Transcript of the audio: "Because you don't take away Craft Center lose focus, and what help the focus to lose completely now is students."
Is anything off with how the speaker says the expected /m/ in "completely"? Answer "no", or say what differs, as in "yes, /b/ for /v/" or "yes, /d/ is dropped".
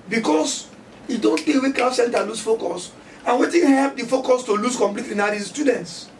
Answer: no